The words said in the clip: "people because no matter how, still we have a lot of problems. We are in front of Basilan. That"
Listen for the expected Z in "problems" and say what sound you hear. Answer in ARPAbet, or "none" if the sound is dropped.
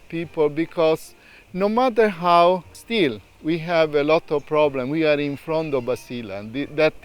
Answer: none